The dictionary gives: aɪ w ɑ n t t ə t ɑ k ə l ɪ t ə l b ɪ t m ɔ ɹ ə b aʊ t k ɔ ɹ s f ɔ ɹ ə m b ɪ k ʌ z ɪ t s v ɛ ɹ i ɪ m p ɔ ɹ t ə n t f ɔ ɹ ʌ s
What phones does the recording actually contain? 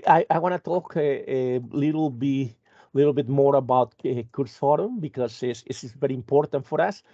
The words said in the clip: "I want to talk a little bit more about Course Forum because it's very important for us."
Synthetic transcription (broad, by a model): aɪ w ɑ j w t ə t ɑ k ə l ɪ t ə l b ɪ t m ɔ ɹ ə b aʊ t k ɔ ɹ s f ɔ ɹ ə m b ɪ k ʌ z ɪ s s v ɛ ɹ i ɪ m p ɔ ɹ t ə n t f ɔ ɹ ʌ s